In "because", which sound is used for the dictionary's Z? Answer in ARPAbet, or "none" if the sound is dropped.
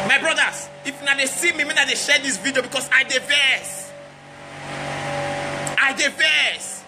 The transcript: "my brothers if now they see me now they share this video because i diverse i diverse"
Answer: S